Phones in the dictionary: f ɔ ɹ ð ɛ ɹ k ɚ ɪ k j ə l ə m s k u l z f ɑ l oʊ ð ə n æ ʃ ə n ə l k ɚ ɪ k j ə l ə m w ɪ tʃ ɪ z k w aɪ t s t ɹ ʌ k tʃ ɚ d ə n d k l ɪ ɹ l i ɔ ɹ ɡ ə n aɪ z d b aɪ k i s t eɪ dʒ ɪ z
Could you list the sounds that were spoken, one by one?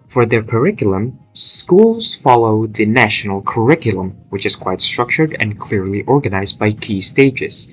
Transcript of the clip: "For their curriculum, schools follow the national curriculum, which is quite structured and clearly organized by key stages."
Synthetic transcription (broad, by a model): f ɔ ɹ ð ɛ ɹ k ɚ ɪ k j l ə m s k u l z f ɑ l oʊ ð ə n æ ʃ ə n ə l k ɚ ɪ k j ə l ə m w ɪ tʃ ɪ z k w aɪ t s t ɹ ʌ k tʃ ɚ d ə n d k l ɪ ɹ l i ɔ ɹ ɡ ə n aɪ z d b aɪ k i s t eɪ dʒ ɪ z